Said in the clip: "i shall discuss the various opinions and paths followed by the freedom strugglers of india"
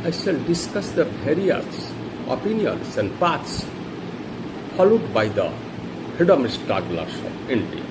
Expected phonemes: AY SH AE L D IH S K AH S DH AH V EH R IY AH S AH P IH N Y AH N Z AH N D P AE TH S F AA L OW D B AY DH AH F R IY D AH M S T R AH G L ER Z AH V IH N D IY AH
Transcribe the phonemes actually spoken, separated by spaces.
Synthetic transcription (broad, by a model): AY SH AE L D IH S K AH S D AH P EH R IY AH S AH P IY N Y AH N S AH N D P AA T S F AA L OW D B AY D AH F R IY D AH M S T R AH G L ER S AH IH N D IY